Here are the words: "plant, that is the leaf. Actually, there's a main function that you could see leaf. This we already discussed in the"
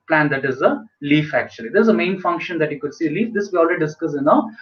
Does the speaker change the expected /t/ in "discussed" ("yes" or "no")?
yes